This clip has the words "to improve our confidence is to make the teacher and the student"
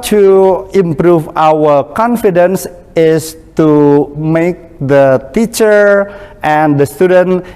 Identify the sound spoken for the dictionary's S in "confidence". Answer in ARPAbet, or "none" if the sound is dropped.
S